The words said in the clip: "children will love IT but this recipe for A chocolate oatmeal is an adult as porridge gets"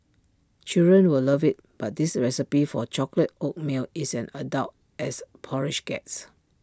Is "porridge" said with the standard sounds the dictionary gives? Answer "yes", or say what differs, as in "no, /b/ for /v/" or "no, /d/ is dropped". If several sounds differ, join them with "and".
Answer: no, /ʃ/ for /dʒ/